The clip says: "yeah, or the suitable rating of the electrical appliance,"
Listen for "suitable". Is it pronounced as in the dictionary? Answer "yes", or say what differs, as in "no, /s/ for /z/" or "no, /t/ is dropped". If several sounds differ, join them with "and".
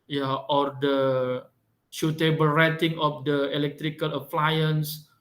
no, /ʃ/ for /s/